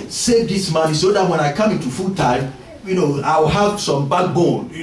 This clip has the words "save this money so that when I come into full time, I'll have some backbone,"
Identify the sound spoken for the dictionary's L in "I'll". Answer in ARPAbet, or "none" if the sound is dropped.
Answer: W